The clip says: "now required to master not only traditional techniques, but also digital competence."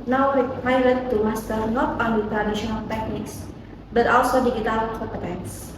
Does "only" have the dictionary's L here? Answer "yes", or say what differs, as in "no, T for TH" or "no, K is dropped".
no, L is dropped